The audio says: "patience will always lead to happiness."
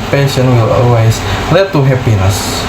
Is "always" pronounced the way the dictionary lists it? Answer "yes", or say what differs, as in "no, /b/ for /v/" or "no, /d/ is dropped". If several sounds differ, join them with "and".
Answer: no, /s/ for /z/